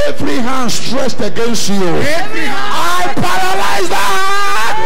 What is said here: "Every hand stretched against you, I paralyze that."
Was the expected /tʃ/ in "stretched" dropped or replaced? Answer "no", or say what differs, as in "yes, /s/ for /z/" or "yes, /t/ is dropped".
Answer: yes, /s/ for /tʃ/